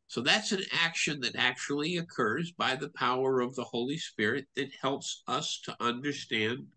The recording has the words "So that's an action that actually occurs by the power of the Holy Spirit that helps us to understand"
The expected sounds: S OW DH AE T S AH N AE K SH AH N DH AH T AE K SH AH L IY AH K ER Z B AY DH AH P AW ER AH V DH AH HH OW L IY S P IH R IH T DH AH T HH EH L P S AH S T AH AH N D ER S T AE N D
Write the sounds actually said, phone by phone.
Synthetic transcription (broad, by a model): S OW DH AE T S AH N AE K SH AH N DH AH T AE K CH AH L IY AH K ER Z B AY DH AH P AW ER AH V DH AH HH OW L IY S P IH R IH T DH AH T HH EH L P S AH S T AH AH N D ER S T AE N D